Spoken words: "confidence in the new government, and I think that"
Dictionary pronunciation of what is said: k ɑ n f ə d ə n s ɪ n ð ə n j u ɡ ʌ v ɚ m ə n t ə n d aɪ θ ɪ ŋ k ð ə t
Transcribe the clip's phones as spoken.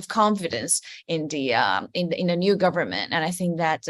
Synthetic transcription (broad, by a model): k ɑ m f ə d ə n s ɪ n ð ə n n u ɡ ʌ v ɚ m ə n t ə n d aɪ θ ɪ ŋ k ð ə t